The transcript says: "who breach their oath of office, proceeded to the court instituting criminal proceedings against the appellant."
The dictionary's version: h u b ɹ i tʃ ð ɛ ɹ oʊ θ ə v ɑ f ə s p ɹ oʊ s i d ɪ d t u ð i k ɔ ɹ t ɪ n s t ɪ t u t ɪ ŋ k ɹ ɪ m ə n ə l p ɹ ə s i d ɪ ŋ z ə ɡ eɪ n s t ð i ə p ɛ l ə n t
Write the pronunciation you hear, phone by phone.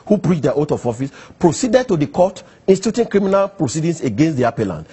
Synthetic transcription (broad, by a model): h u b ɹ i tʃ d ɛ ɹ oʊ t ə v ɑ f ə s p ɹ oʊ s i d ɪ d t u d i k ɔ t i n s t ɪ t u t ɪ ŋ k ɹ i m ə n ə l p ɹ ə s i d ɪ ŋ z ə ɡ eɪ n s t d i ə p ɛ l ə n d